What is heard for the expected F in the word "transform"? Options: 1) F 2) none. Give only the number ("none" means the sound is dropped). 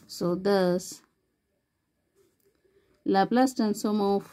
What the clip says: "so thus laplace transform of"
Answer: 2